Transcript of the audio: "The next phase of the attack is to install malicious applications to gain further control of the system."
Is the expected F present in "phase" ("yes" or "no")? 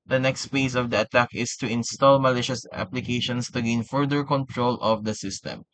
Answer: no